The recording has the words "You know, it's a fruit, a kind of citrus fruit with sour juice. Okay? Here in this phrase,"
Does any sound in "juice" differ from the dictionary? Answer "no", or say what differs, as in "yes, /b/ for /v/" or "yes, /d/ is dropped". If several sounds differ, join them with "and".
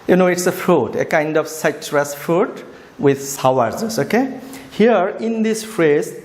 yes, /z/ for /dʒ/